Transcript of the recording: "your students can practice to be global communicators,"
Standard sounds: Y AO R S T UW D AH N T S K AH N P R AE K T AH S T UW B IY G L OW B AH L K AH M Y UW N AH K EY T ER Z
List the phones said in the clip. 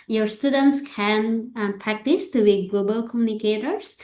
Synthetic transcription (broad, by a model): Y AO R S T UW D AH N T S K AH N P R AE K T AH S T UW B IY G L OW B AH L K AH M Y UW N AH K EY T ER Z